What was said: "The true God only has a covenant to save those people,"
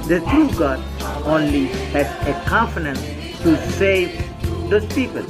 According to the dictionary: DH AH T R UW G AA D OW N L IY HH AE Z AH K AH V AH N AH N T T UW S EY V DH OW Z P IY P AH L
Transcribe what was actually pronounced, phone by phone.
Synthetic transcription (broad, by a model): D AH T R UW G AA D OW N L IY HH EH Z AH K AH F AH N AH N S T UW S EY V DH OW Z P IY P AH L